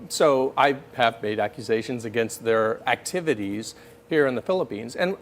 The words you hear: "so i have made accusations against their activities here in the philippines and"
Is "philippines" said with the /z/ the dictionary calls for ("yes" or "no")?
yes